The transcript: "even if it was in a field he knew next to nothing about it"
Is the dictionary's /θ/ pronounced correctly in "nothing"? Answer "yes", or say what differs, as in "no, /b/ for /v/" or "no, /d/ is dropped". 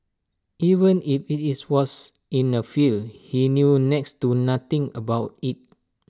no, /t/ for /θ/